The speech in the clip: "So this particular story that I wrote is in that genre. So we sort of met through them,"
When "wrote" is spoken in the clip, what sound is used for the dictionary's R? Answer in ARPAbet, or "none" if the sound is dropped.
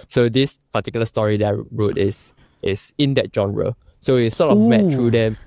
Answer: R